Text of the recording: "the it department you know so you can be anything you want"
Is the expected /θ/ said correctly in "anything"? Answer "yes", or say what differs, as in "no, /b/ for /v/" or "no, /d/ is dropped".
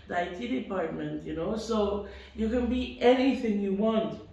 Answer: yes